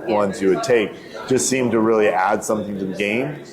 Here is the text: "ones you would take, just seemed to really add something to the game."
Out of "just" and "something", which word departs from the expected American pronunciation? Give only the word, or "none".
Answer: none